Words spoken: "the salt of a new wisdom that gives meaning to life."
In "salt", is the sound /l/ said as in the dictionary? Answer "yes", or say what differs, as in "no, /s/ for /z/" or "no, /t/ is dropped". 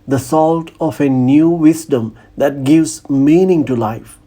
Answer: yes